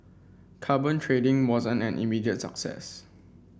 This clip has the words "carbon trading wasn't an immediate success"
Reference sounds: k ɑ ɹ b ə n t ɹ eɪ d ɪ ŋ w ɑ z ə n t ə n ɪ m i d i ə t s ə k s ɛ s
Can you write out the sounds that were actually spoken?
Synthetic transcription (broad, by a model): k ɑ b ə n t ɹ eɪ d ɪ ŋ w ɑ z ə n ə n ɪ m i d i ə t s ə k s ɛ s